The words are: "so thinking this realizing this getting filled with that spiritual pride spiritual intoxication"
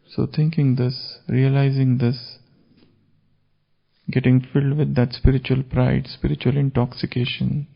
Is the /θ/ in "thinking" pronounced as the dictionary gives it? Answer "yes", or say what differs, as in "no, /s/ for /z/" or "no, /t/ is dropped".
no, /t/ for /θ/